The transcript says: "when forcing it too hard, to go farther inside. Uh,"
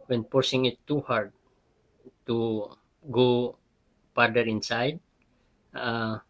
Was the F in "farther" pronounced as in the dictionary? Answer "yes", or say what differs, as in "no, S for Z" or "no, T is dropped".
no, P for F